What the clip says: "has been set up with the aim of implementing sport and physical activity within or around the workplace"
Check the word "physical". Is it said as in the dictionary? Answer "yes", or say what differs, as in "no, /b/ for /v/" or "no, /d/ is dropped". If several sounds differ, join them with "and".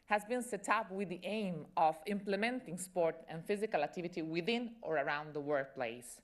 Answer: yes